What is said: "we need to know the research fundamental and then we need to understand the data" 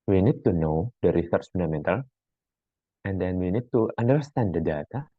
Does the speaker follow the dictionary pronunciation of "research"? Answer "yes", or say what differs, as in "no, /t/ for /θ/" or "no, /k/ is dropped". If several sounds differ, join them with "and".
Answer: no, /s/ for /tʃ/